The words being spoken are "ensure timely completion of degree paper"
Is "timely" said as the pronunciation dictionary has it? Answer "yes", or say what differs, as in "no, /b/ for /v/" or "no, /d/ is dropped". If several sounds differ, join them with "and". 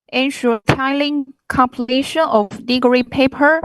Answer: no, /m/ is dropped